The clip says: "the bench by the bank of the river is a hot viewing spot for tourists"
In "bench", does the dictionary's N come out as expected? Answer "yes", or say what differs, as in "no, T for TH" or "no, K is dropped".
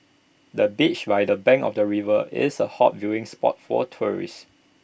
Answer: no, N is dropped